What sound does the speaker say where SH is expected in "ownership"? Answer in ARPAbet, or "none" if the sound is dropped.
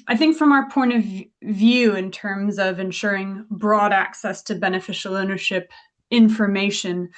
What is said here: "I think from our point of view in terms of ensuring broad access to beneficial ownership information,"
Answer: SH